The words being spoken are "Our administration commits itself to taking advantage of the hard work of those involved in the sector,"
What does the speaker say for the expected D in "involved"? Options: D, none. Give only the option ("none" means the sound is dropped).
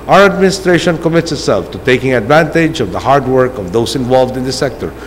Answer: D